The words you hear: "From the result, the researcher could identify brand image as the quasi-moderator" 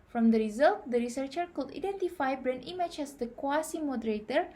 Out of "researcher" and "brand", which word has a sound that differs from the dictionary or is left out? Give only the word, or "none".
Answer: brand